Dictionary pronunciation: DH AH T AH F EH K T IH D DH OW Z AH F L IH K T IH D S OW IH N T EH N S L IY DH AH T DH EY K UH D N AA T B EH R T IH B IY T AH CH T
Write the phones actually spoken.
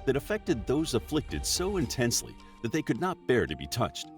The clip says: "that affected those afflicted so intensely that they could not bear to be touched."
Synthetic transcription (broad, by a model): DH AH T AH F EH K T IH D DH OW Z AH F L IH K T IH D S OW IH N T EH N S L IY DH AH T DH EY K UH D N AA T B EH R T IH B IY T AH CH T